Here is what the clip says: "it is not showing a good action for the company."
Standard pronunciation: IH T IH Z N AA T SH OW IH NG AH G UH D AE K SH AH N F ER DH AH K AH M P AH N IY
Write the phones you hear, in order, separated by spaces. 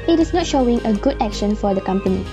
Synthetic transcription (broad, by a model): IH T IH S N AA T SH OW IH NG AH G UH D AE K SH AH N F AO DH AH K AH M P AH N IY